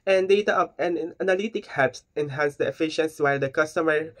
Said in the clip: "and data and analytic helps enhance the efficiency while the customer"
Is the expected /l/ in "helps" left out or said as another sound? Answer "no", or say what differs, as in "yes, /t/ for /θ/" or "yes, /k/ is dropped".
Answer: yes, /l/ is dropped